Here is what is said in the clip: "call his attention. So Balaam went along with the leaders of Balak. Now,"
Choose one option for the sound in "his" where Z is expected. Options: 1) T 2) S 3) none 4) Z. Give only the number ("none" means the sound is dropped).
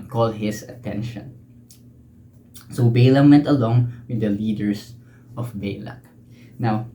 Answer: 2